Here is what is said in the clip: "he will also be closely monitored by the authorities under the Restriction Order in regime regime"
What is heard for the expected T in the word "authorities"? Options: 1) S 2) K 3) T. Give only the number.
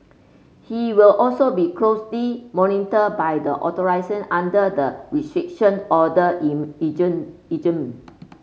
1